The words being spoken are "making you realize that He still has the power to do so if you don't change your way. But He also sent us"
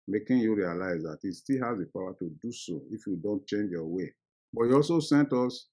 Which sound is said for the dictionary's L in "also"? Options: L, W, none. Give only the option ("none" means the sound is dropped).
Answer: L